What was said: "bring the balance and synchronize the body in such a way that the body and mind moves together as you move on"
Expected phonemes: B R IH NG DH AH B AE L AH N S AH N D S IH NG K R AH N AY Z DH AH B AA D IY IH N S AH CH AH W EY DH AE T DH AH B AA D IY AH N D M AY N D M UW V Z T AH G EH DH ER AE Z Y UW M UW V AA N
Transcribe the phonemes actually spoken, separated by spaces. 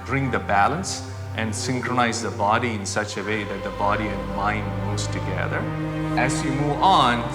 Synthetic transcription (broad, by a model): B R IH NG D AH B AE L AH N S AH N D S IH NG K R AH N AY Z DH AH B AA D IY IH N S AH CH AH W EY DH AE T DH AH B AA D IY AH N D M AY N D M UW Z T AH G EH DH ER AE Z Y UW M UW V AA N